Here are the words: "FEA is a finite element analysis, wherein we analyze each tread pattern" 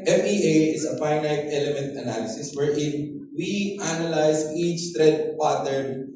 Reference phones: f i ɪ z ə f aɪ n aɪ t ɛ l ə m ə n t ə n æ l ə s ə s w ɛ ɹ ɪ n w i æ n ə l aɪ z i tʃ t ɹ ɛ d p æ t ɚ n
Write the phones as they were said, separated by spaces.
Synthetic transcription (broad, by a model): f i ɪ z ə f aɪ n aɪ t ɛ l ə m ə n t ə n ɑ l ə s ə s w ɛ ɹ ɪ n w i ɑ n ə l aɪ s i tʃ t ɹ ɛ d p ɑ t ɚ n